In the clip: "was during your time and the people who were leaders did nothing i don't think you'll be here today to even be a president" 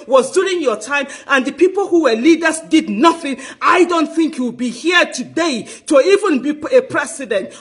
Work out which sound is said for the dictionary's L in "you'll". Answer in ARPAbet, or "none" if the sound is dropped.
W